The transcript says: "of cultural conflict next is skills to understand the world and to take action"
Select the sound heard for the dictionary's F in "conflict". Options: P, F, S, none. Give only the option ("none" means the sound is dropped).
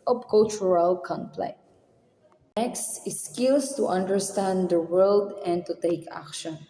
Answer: P